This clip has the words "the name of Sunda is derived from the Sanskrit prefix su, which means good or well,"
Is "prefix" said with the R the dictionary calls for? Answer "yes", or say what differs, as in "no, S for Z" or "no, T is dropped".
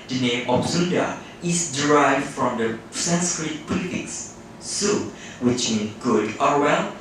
no, L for R